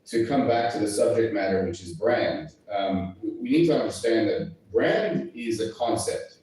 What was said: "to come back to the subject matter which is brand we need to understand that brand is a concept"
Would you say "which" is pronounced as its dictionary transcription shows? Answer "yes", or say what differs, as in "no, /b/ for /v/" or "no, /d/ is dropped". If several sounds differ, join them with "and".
yes